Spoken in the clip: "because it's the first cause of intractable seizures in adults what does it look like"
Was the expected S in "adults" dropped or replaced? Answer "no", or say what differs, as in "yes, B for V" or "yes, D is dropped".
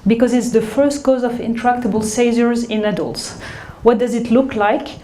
no